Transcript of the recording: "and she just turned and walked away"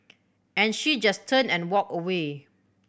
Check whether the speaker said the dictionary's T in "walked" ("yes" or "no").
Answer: no